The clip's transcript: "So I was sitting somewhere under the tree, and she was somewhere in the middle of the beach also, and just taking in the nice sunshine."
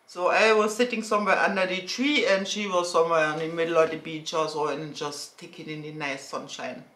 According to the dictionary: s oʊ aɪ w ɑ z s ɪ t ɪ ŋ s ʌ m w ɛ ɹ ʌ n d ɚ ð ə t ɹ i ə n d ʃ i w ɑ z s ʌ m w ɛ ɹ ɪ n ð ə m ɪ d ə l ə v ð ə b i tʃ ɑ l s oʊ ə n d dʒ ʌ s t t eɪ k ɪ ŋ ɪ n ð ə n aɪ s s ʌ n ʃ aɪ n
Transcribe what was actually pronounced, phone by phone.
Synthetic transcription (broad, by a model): s oʊ aɪ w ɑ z s ɪ t ɪ ŋ s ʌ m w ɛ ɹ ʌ n d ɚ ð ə t ɹ i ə n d ʃ i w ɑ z s ʌ m w ɛ ɹ ɪ n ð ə m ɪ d l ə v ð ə b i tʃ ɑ s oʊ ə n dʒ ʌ s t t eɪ k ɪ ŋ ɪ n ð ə n aɪ s s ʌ n ʃ aɪ n